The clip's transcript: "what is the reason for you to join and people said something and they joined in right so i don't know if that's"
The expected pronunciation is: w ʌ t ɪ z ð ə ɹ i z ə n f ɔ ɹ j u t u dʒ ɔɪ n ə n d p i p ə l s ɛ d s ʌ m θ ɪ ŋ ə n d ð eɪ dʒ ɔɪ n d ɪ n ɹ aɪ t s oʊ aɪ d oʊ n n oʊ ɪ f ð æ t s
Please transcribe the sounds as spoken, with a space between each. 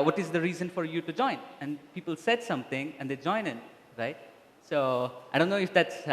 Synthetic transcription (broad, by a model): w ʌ t ɪ z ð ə ɹ i z ə n f ɔ ɹ j u t u dʒ ɔɪ n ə n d p i p ə l s ɛ d s ʌ m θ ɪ ŋ ə n d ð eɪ dʒ ɔɪ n ɪ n ɹ aɪ t s oʊ aɪ d oʊ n n oʊ ɪ f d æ t s